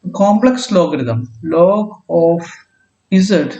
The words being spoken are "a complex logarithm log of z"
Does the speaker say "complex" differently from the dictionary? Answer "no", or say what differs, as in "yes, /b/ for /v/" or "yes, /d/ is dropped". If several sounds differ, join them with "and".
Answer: no